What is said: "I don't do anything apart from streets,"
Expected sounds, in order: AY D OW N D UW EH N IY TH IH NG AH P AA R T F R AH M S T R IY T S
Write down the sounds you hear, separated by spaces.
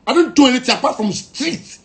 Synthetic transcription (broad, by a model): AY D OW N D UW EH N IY T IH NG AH P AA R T F R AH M S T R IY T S